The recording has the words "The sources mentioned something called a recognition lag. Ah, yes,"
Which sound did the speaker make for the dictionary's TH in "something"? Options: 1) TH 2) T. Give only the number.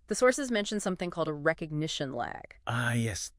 1